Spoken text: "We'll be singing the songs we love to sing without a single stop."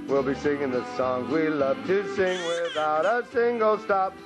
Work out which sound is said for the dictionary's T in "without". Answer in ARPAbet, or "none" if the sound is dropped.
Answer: T